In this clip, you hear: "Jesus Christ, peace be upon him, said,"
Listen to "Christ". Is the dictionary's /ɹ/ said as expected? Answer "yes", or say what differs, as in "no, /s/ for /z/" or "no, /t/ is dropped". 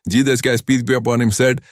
no, /ɹ/ is dropped